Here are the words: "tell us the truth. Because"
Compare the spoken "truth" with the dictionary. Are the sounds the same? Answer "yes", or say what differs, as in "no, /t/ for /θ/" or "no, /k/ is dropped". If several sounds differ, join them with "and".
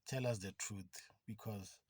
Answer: no, /t/ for /θ/